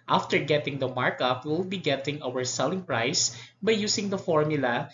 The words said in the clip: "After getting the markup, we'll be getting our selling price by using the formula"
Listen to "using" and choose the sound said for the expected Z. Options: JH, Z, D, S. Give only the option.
S